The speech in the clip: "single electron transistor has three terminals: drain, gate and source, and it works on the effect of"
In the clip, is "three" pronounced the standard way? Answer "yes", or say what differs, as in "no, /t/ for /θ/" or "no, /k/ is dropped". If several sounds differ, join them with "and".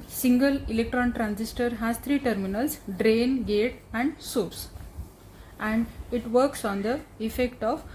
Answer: no, /t/ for /θ/